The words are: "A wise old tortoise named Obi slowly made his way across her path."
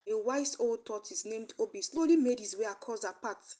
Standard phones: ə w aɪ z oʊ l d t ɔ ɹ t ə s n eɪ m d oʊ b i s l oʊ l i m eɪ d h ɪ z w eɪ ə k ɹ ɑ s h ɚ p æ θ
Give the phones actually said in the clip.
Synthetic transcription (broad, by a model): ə w aɪ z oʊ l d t ɔ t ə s n eɪ m d oʊ b i s l oʊ l i m eɪ d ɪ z w eɪ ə k ɑ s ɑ p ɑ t